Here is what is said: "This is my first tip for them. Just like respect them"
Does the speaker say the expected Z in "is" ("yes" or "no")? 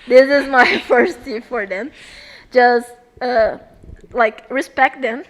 yes